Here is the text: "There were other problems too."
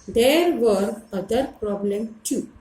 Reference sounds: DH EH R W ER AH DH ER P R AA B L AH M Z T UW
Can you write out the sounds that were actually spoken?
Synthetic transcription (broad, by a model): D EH R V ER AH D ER P R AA B L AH M T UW